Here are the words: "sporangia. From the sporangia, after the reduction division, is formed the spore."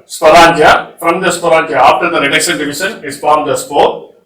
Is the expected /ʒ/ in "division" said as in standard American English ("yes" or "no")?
no